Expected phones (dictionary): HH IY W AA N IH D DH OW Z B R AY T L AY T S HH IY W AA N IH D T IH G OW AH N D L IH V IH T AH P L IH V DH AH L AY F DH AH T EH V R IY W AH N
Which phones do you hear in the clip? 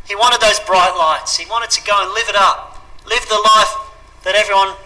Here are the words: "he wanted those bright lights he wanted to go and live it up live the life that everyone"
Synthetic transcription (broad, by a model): HH IY W AA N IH D DH OW Z B R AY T L AY T S HH IY W AA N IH D T IH G OW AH N L IH V IH T AH P L IH V DH AH L AY F DH AH T EH V R IY W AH N